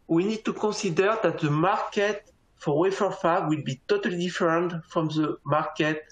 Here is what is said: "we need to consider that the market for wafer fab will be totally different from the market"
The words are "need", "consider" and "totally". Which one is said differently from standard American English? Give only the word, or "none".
consider